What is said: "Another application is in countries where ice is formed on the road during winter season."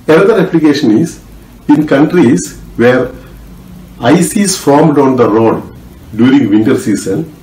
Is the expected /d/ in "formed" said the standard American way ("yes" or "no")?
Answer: yes